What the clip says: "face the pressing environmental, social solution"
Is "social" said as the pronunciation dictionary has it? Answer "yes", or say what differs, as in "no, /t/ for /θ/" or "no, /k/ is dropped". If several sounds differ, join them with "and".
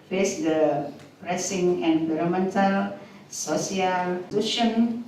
no, /s/ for /ʃ/